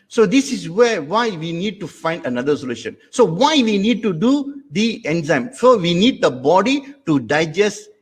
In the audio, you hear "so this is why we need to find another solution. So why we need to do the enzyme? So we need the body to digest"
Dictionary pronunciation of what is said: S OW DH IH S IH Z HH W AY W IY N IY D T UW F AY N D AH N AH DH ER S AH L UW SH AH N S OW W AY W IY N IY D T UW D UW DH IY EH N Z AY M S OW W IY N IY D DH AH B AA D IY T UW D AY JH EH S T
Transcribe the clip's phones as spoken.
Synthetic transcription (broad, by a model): S OW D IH S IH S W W AY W IY N IY D T UW F AY N D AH N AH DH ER S AH L UW SH AH N S OW W AY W IY N IY D T UW D UW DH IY EH N Z AY M S OW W IY N IY D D AH B AA D IY T UW D AY JH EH S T